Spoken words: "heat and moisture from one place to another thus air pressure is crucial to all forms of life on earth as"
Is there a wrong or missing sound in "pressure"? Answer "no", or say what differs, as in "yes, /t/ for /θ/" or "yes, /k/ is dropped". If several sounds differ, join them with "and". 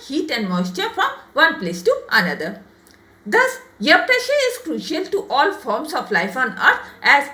no